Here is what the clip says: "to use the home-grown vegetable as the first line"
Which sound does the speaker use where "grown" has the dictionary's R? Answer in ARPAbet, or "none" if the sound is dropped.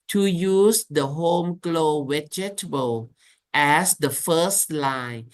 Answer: L